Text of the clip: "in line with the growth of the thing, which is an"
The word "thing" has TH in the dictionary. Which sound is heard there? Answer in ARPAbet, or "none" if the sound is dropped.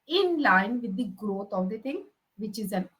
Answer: T